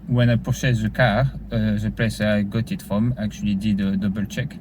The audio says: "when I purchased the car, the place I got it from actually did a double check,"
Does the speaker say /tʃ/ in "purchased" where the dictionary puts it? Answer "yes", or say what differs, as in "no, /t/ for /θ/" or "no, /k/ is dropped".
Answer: no, /s/ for /tʃ/